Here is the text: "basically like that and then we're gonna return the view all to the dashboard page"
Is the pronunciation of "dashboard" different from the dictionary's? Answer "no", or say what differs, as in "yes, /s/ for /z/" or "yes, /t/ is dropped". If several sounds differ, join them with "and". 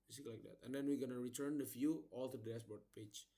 yes, /s/ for /ʃ/